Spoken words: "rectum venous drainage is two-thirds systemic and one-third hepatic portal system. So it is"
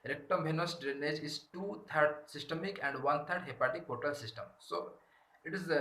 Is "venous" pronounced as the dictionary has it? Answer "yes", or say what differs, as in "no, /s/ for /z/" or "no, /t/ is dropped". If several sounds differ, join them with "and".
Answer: no, /b/ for /v/